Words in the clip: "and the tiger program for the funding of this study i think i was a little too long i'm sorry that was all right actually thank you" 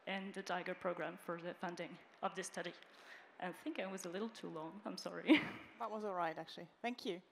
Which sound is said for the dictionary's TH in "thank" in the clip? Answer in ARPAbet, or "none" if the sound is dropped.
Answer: TH